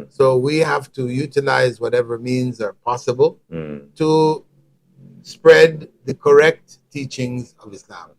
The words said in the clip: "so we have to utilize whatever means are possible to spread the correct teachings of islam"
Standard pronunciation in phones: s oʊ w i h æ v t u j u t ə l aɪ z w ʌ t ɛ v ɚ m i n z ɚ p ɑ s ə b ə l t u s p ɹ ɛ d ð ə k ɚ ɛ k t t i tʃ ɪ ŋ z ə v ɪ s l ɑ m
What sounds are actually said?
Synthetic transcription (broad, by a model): s oʊ w i h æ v t u j u t ə l aɪ z w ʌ t ɛ v ɚ m i n z ɚ p ɑ s ə b ə l t u s p ɹ ɛ d ð ə k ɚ ɛ k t t i tʃ ɪ ŋ z ə v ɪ s l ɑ m